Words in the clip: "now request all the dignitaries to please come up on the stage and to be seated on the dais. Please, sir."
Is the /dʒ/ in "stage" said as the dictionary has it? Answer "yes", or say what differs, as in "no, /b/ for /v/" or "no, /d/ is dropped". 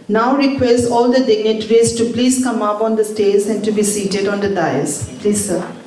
no, /z/ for /dʒ/